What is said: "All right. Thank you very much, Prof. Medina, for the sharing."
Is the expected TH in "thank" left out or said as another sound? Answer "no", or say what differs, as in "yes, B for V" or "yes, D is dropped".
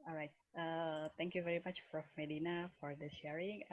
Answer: yes, T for TH